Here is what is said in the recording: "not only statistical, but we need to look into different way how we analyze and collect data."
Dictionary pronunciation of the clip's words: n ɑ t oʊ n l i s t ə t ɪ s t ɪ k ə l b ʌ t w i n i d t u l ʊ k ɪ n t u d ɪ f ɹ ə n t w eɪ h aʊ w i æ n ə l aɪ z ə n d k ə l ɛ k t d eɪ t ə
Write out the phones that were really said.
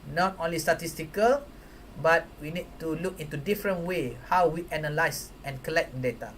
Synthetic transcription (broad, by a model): n ɑ t oʊ n l i s t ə t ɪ s t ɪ k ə l b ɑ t w i n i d t u l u k ɪ n t u d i f ɹ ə n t w eɪ h aʊ w i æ n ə l aɪ s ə n k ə l ɛ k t d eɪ t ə